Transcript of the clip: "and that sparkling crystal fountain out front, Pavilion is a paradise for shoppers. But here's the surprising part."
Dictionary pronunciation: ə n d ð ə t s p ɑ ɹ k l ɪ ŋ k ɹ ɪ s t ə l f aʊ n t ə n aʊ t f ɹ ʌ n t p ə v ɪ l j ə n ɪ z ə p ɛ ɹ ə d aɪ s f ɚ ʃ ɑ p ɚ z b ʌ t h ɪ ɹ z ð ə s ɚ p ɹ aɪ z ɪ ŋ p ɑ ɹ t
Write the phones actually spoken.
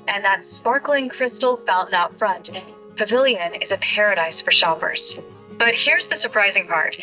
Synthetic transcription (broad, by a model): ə n ð ə t s p ɑ ɹ k l ɪ ŋ k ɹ ɪ s t l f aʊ l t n aʊ t f ɹ ʌ n t p ə v ɪ l j ə n ɪ z ə p ɛ ɹ ə d aɪ s f ɚ ʃ ɑ p ɚ z b ʌ t h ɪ ɹ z ð ə s ɚ p ɹ aɪ z ɪ ŋ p ɑ ɹ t